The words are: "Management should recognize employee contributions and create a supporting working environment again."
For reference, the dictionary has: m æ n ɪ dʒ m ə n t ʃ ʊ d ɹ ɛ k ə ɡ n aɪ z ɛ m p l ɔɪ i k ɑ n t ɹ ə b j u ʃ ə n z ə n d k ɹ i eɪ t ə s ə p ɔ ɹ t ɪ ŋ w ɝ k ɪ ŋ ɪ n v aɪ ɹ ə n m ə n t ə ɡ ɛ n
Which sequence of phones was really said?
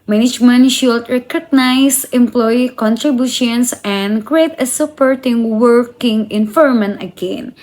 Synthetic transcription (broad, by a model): m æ n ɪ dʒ m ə n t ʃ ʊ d ɹ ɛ k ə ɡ n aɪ s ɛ m p l ɔɪ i k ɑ n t ɹ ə b j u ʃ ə n s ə n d k ɹ i eɪ t ə s ə p ɔ ɹ t ɪ ŋ w ɝ k ɪ ŋ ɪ n f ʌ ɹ m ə n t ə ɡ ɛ n